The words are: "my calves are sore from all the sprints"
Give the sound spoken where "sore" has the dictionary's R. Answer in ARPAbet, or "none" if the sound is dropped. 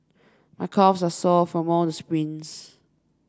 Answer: L